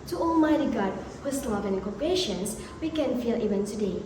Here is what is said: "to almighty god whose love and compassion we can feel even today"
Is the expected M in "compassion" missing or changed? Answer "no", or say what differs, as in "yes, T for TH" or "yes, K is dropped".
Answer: yes, M is dropped